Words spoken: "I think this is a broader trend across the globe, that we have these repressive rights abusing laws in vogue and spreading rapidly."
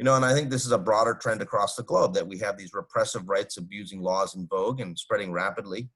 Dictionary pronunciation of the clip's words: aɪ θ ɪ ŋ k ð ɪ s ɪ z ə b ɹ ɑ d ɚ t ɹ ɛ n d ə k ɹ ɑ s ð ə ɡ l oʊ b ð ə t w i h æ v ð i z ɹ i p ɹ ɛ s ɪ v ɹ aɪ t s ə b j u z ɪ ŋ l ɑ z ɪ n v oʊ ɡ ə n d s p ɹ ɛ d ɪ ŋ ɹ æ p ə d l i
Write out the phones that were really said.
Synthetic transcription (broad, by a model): aɪ θ ɪ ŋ k ð ɪ s ɪ z ə b ɹ ɑ d ɚ t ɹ ɛ n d ə k ɹ ɑ s ð ə ɡ l oʊ b ð ə t w i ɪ v ð i z ɹ i p ɹ ɛ s ɪ v ɹ aɪ t s ə b j u z ɪ ŋ l ɑ z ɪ n v oʊ ɡ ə n s p ɹ ɛ d ɪ ŋ ɹ æ p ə d l i